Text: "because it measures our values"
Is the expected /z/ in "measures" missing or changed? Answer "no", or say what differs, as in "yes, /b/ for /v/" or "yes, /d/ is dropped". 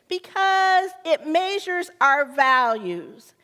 no